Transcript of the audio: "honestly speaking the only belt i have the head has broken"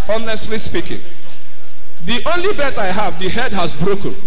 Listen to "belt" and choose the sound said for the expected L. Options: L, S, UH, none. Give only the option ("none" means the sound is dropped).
none